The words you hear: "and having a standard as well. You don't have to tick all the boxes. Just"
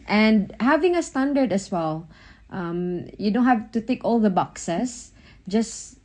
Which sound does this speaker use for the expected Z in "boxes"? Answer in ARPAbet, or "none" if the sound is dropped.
S